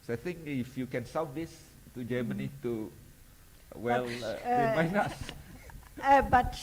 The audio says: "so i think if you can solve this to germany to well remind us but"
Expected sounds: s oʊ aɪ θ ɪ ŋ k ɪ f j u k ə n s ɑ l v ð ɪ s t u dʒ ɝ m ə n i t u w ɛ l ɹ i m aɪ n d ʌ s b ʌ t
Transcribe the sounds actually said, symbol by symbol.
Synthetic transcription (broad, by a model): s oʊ aɪ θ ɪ ŋ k ɪ f j u k ə n s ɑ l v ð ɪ s t u dʒ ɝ m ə n i t u w ɛ l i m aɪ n ʌ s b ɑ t